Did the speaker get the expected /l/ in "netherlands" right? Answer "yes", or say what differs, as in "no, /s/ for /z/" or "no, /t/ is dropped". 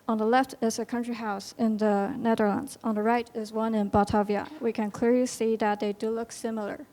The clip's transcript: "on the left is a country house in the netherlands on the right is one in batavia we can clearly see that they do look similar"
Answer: yes